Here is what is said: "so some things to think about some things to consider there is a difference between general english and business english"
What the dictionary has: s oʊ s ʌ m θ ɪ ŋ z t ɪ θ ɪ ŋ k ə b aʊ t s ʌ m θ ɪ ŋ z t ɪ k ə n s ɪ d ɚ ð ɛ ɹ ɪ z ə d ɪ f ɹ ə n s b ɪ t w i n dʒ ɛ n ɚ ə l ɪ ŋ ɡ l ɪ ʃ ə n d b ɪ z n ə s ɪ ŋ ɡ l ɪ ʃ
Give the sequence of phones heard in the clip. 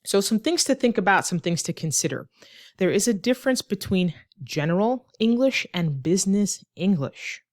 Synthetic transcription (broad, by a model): s oʊ s ʌ m θ ɪ ŋ z t ɪ θ ɪ ŋ k ə b aʊ t s ʌ m θ ɪ ŋ z t ɪ k ə n s ɪ d ɚ ð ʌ ɹ ɪ z ə d ɪ f ɹ ə n s b ɪ t w i n dʒ ɛ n ɚ l ɪ ŋ ɡ l ɪ ʃ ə n b ɪ z n ə s ɪ ŋ ɡ l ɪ ʃ